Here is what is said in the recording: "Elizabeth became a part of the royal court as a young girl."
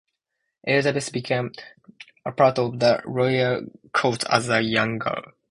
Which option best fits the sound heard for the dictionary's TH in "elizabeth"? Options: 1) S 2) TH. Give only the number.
1